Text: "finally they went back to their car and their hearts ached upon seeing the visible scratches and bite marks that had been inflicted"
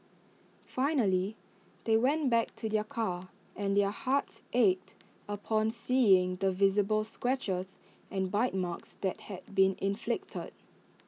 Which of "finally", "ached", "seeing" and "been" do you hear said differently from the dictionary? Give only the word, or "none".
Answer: none